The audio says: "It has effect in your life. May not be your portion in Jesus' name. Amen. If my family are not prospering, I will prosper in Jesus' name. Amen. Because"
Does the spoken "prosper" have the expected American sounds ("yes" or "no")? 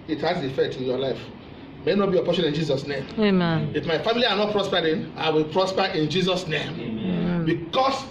yes